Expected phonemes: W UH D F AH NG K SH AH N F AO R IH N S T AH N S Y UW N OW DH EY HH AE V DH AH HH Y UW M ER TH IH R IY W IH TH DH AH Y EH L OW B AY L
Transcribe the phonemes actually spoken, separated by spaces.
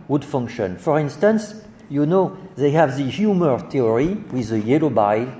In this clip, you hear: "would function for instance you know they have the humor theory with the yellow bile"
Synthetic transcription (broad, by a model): W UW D F AH NG K SH AH N F AO R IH N S T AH N S Y UW N OW DH EY HH AE V DH AH HH Y UW M ER T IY R IY W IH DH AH Y EH L OW B AY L